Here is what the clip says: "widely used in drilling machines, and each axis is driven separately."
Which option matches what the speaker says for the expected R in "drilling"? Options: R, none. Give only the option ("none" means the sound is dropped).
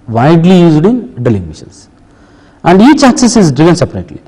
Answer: none